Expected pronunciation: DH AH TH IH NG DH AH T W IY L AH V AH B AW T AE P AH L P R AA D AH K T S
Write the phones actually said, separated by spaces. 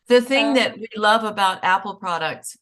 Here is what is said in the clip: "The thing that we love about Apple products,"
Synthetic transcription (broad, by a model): DH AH TH IH NG DH AH T W IY L AH V AH B AW T AE P L P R AA D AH K T S